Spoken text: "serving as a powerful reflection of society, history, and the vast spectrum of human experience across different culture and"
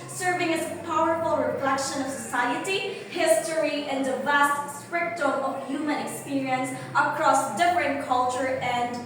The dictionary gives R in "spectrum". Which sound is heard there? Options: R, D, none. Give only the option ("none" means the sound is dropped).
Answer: none